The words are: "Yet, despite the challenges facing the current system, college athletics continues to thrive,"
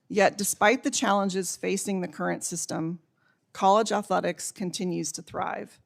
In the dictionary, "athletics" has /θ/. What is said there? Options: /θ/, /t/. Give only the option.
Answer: /θ/